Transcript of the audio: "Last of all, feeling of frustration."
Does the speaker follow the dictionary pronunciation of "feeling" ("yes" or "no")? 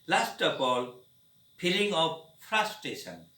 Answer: no